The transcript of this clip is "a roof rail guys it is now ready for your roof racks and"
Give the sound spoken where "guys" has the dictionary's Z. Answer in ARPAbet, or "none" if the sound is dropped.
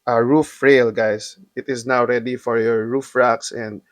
S